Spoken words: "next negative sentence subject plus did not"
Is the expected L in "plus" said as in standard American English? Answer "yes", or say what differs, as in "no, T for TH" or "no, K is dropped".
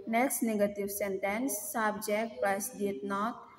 no, L is dropped